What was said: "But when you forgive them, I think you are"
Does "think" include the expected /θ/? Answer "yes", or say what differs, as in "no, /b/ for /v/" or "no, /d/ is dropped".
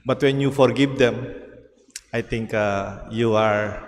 no, /t/ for /θ/